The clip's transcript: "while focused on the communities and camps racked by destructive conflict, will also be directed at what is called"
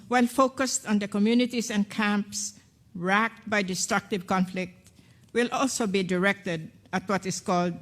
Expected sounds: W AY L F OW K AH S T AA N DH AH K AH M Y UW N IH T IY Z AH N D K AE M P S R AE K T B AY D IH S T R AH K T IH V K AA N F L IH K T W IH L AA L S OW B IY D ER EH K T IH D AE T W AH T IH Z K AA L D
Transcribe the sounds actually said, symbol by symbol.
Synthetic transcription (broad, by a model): W AY L F OW K AH S T AA N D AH K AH M Y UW N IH T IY S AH N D K AE M P S R AE K T B AY D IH S T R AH K T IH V K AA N F L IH K T W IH L AA L S OW B IY D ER EH K T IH D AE T W AH T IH S K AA L D